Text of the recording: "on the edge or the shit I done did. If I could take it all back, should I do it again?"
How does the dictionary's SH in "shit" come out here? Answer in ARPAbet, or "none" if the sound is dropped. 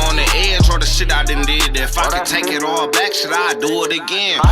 S